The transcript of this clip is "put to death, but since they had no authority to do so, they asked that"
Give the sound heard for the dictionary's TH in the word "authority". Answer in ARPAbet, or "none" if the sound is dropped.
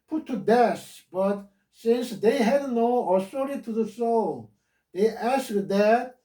S